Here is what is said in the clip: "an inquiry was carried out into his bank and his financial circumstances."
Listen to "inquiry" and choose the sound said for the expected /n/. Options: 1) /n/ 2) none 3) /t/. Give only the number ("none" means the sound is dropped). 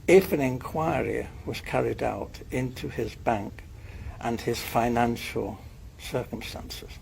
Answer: 1